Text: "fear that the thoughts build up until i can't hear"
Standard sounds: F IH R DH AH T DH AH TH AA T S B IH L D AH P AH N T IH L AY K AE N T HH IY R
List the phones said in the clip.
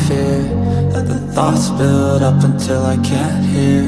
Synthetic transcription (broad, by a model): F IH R DH AH T DH AH TH AA T S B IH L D AH P AH N T IH L AY K AE N T HH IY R